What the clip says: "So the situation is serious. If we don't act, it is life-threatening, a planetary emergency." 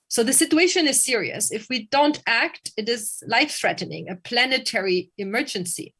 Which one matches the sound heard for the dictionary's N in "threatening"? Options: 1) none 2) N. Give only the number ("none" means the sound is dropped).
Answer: 2